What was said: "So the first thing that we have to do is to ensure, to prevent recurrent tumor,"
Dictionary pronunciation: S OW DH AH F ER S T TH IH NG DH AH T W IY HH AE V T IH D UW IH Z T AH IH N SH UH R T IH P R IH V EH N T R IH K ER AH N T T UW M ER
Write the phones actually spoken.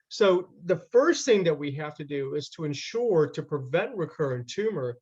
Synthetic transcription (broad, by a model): S OW DH AH F ER S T TH IH NG DH AH T W IY HH AE F T IH D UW IH Z T AH IH N SH UH R T IH P R IH V EH N T R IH K ER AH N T T UW M ER